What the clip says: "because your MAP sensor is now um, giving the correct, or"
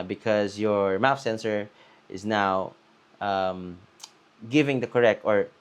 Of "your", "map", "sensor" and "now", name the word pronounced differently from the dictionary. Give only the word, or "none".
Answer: map